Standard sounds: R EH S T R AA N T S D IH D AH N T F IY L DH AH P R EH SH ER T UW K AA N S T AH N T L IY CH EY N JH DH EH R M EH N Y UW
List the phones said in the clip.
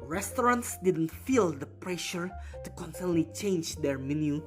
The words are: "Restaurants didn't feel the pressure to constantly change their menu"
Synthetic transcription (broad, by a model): R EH S T R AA N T S D IH D AH N T F IY L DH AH P R EH SH ER T UW K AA N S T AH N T L IY CH EY N JH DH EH R M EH N Y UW